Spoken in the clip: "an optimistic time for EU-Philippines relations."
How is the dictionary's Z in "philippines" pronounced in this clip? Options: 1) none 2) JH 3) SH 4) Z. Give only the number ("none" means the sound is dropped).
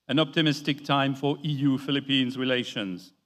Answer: 4